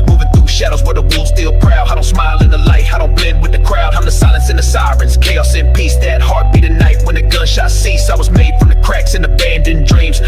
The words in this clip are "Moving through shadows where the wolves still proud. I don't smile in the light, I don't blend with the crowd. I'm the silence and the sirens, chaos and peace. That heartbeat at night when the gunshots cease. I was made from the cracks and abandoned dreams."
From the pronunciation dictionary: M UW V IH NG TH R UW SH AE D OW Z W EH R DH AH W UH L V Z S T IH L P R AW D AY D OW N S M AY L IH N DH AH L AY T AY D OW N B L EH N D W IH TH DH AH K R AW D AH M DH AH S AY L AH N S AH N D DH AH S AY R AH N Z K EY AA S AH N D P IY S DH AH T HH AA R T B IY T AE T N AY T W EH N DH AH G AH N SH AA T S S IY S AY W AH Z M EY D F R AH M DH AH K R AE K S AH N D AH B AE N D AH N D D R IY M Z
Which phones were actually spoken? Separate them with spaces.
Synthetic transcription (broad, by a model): M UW V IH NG TH R UW SH AE D OW Z W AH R DH AH W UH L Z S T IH L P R AW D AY D OW N S M AY L IH N DH AH L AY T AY D OW N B L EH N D W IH DH AH K R AW D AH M DH AH S AY L AH N S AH N DH AH S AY R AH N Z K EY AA S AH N P IY S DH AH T HH AA R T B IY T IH N AY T W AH N DH AH G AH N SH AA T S S IY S AY W AH Z M EY D F R AH M DH AH K R AE K S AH N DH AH B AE N D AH N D D R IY M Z